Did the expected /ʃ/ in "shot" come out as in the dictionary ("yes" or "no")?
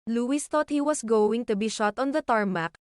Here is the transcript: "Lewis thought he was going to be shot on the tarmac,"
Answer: yes